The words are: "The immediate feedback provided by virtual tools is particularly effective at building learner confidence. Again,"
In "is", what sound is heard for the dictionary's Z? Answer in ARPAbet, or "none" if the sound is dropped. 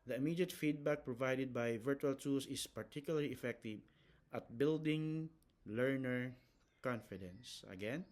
S